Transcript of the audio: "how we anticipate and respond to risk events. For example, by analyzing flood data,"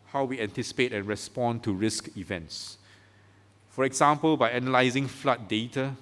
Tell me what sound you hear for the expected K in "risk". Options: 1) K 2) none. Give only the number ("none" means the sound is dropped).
1